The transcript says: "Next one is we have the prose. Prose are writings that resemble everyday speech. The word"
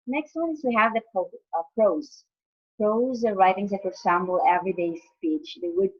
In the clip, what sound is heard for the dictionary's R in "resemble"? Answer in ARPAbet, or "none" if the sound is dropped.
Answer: W